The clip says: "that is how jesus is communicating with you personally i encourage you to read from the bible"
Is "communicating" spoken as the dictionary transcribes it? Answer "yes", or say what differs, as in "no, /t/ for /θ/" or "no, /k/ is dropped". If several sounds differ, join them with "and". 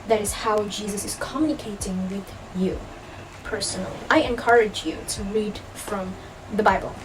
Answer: yes